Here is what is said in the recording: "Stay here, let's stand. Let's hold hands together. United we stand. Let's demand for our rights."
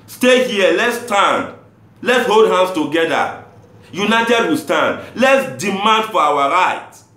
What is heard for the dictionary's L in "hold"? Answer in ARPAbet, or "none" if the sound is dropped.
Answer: L